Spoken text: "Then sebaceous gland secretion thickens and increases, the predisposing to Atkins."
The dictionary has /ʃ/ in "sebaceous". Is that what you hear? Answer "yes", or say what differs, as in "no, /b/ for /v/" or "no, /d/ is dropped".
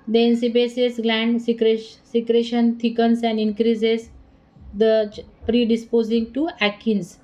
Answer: no, /s/ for /ʃ/